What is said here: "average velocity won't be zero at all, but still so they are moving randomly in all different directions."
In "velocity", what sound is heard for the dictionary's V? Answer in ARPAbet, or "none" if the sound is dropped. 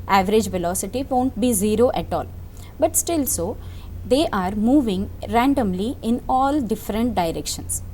V